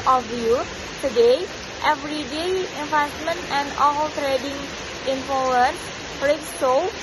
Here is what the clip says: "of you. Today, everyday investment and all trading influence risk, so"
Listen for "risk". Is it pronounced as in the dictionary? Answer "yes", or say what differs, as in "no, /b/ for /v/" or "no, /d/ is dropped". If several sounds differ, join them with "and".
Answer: no, /s/ is dropped